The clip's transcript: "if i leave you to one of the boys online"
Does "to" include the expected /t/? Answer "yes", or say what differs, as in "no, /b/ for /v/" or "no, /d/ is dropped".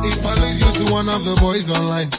no, /s/ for /t/